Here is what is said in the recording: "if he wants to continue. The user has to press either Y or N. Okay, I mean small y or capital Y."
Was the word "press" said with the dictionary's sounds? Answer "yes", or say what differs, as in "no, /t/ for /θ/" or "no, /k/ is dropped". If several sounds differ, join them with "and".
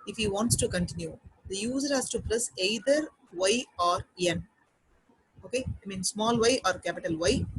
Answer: no, /l/ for /ɹ/